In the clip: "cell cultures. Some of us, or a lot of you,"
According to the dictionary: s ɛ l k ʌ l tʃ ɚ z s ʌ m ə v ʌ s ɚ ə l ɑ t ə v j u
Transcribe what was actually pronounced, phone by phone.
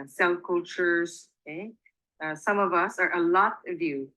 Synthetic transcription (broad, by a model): s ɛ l k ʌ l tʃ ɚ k s ʌ m ə v ʌ s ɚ ə l ɑ t ə v j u